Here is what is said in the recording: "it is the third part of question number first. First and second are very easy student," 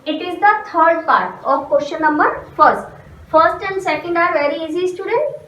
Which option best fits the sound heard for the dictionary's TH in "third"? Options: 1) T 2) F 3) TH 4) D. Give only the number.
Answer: 1